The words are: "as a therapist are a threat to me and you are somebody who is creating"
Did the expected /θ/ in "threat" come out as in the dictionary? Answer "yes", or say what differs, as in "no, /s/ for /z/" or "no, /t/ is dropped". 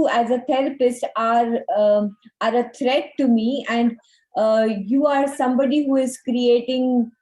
no, /t/ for /θ/